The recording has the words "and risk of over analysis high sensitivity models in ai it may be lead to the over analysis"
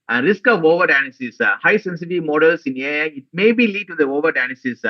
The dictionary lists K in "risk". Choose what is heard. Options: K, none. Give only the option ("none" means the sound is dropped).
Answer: K